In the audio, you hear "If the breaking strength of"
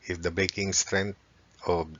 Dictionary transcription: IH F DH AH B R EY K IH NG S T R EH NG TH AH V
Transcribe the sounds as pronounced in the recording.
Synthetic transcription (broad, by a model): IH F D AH B EY K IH NG S T R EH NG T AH